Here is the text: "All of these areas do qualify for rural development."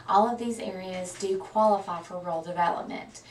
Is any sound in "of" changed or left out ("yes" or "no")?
no